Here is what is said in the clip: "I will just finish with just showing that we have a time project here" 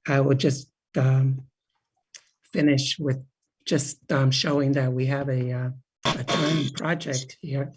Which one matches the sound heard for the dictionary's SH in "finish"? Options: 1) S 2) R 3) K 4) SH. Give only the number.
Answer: 4